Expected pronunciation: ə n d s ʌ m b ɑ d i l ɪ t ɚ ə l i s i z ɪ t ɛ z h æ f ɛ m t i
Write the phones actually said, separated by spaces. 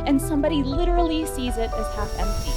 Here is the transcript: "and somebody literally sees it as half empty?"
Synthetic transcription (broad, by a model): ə n s ʌ m b ɑ d i l ɪ t ɚ l i s i z ɪ t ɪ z h æ f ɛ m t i